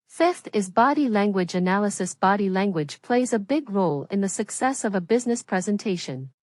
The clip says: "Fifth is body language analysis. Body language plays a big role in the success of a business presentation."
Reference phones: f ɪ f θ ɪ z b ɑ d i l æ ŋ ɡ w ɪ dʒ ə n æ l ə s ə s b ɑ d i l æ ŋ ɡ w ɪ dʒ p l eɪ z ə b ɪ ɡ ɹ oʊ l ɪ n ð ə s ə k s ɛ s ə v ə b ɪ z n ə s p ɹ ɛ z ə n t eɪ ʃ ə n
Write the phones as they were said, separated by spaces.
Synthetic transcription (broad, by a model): f ɪ f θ ɪ z b ɑ d i l æ ŋ ɡ w ɪ dʒ ə n æ l ə s ə s b ɑ d i l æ ŋ ɡ w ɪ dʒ p l eɪ z ə b ɪ ɡ ɹ oʊ l ɪ n ð ə s ə k s ɛ s ə v ə b ɪ z n ə s p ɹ ɛ z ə n t eɪ ʃ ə n